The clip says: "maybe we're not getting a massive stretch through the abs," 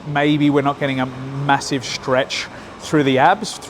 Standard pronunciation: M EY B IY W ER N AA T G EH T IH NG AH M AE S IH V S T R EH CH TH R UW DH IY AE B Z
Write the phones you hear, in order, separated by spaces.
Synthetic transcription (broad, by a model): M EY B IY W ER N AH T G EH T IH NG AH M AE S IH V S T R EH CH TH R UW DH IY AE B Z